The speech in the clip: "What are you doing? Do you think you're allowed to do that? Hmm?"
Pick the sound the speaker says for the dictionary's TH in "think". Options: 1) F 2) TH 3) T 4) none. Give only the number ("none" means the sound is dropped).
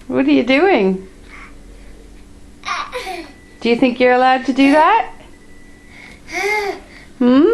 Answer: 2